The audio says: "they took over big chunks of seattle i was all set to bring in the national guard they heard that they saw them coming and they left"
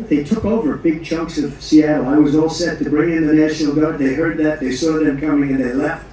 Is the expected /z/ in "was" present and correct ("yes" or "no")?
yes